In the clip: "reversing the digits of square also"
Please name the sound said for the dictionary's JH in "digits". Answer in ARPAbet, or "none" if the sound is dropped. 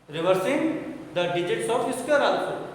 JH